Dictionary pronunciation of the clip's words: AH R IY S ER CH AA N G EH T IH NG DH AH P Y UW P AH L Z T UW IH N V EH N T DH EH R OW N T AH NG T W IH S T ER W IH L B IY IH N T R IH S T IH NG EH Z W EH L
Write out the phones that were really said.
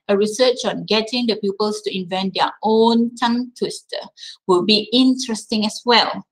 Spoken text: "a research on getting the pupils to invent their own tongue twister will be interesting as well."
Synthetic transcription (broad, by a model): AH R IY S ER CH AA N G EH T IH NG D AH P Y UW P AH L S T UW IH N V EH N T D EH OW N T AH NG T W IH S T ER W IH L B IY IH N T R IH S T IH NG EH S W EH L